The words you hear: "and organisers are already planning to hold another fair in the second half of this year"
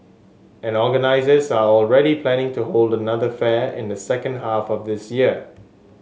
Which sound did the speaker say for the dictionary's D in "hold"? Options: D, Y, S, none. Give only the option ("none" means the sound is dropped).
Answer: D